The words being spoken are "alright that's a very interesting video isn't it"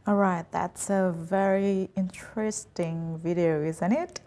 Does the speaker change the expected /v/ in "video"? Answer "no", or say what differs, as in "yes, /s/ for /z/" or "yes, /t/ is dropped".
no